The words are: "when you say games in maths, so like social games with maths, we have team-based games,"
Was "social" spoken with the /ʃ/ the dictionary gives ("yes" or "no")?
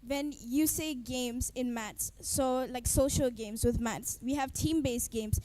yes